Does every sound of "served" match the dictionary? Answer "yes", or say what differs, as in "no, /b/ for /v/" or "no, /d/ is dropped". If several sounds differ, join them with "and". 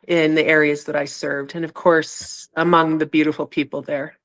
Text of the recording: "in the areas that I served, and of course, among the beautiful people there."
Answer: yes